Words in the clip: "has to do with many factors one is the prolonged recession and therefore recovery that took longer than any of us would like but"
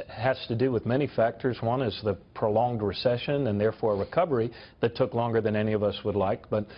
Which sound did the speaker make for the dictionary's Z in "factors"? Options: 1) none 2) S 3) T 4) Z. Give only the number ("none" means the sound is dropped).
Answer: 4